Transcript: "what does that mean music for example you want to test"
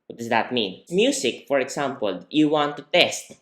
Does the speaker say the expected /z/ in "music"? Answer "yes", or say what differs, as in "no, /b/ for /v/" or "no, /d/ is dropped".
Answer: no, /s/ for /z/